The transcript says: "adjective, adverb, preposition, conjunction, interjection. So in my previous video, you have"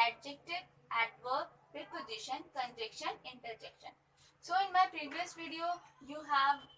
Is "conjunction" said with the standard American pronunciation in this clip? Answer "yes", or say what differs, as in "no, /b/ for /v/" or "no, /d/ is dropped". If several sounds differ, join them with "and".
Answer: no, /ŋ/ is dropped